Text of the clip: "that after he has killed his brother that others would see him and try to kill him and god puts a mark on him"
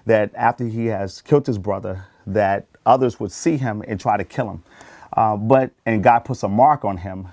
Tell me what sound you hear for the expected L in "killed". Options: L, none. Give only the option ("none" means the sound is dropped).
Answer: L